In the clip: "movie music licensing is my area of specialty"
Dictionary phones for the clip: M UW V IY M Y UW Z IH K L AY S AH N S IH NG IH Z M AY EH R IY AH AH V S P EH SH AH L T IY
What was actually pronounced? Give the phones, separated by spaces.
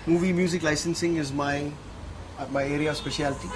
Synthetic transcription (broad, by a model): M UW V IY M Y UW Z IH K L AY S AH N S IH NG IH Z M AY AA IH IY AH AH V S P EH SH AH L T IY